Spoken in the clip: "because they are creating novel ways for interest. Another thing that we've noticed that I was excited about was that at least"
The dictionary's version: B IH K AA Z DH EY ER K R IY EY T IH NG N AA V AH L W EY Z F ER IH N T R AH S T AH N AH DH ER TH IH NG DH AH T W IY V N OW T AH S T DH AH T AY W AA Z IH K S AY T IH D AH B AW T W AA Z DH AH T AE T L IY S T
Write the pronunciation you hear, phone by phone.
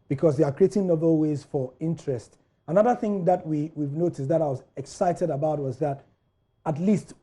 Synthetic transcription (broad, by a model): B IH K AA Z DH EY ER K R IY EY T IH NG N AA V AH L W EY Z F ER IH N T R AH S T AH N AH DH ER TH IH NG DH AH T W IY V N OW T AH S T DH AH T AY W AA Z IH K S AY T IH D AH B AW T W AA Z DH AH T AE T L IY S T